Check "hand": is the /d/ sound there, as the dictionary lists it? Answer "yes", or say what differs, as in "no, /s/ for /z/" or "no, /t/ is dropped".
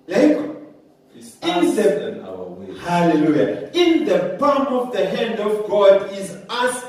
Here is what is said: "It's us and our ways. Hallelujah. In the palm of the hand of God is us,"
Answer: yes